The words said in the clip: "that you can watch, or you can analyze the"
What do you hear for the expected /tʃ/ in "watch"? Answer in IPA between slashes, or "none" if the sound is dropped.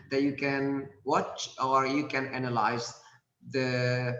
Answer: /tʃ/